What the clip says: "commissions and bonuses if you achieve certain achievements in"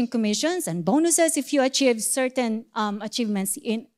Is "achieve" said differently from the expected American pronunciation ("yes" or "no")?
no